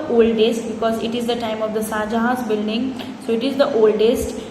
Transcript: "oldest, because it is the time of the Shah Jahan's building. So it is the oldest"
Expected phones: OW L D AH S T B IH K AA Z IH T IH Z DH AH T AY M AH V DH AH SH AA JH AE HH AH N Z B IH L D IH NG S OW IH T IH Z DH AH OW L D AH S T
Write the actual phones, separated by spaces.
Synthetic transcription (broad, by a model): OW L D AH S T B IH K AA Z IH T IH Z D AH T AY M AH V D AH S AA JH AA HH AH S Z B IH L D IH NG S OW IH T IH Z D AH OW L D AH S T